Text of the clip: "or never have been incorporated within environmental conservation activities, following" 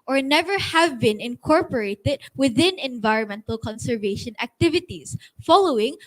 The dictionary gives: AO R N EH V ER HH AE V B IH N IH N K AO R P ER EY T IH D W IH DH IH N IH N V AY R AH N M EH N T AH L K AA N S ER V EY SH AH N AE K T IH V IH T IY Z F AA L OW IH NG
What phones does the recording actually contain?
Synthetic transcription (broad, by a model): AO R N EH V ER HH AE V B IH N IH N K AO R P ER EY T IH D W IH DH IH N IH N V AY R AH N M EH N T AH L K AA N S ER V EY SH AH N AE K T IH V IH T IY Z F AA L OW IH NG